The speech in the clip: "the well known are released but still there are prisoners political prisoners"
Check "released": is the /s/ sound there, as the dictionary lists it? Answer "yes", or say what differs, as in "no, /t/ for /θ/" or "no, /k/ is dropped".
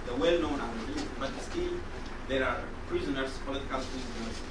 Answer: no, /s/ is dropped